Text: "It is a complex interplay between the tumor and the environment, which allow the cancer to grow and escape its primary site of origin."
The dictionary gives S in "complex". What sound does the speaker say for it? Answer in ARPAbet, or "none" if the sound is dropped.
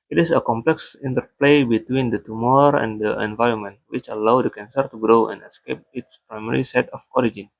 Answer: S